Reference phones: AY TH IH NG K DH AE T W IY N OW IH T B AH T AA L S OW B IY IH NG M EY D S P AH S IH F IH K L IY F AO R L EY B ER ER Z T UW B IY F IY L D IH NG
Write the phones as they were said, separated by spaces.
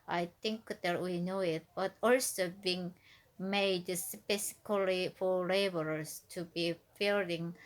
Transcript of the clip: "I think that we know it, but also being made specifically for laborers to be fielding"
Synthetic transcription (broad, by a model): AY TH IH NG K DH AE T W IY N OW IH T B AH T AA L S OW B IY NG M EY D S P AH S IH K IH L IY F AO R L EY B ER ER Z T UW B IY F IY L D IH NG